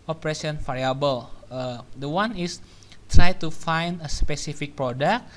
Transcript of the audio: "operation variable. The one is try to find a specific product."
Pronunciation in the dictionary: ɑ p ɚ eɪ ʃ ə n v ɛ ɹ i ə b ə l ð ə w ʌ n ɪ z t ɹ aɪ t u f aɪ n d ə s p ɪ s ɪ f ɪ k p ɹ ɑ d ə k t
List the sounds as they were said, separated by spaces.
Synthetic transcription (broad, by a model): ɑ p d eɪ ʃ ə n f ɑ ɹ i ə b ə l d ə w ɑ n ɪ s t ɹ aɪ t u f aɪ n d ə s p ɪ s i f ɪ k p ɹ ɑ d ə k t